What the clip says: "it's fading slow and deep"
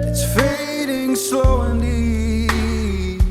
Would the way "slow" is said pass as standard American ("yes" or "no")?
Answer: no